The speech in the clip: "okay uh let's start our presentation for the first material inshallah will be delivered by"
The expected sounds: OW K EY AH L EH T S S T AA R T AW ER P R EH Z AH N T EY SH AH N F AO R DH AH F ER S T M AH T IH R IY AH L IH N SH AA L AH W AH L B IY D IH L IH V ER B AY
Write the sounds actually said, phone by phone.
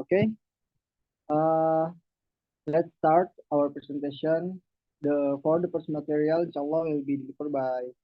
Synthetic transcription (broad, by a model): K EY AH L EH T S S T AA R T AW ER P R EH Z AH N T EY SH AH N F AO R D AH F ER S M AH T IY R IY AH L IH N SH AA L AH W AH L B IY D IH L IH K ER B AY